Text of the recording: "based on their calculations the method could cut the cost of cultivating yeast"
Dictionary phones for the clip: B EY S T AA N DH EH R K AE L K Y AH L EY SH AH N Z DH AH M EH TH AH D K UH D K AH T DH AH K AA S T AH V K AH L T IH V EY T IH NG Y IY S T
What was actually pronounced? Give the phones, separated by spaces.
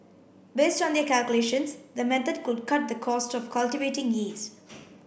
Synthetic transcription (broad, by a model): B EY S T AA N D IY K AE L K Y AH L EY SH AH N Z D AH M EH T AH D K UH D K AH T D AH K AA S T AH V K AH L T IH V EY T IH NG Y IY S